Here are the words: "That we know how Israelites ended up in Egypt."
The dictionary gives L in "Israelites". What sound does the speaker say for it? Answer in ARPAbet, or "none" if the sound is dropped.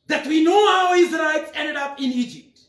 none